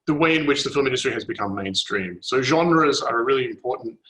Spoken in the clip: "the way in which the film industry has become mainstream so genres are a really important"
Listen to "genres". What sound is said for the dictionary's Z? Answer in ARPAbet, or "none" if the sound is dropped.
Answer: Z